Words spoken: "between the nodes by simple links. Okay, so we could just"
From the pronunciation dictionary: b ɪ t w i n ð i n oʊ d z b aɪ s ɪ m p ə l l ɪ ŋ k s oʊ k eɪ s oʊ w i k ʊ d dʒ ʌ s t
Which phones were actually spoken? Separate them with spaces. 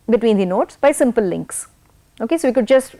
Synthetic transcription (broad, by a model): b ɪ t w i n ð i n oʊ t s b aɪ s ɪ m p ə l l ɪ ŋ k s oʊ k eɪ s oʊ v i k ʊ d dʒ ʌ s t